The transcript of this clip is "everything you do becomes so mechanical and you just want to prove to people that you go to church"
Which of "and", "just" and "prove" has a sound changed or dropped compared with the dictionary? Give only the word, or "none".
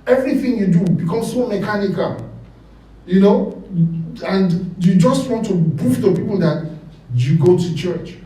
prove